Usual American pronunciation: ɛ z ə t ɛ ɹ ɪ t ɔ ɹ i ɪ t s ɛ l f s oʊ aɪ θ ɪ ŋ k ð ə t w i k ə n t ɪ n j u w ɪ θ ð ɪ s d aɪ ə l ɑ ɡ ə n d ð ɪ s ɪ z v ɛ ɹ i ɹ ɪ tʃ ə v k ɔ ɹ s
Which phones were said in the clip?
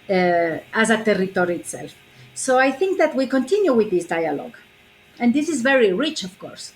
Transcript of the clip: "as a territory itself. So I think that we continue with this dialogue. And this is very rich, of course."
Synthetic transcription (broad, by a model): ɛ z ə t ɛ ɹ ɪ t ɔ ɹ i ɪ t s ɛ l f s oʊ aɪ θ ɪ ŋ k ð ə t w i k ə n t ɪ n j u w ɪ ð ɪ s d aɪ ə l ɑ ɡ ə n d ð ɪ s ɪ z v ɛ ɹ i ɹ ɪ tʃ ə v k ɔ ɹ s